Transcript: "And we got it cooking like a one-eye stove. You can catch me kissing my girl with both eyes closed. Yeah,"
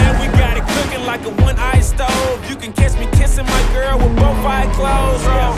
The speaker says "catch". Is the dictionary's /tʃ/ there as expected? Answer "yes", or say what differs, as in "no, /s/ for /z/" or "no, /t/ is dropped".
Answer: no, /s/ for /tʃ/